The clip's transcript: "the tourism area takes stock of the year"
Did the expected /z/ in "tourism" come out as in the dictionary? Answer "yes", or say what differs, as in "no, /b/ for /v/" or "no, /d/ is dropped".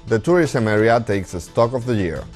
no, /s/ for /z/